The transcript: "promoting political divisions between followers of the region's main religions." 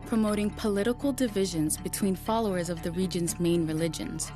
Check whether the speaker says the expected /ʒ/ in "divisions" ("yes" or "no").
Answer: yes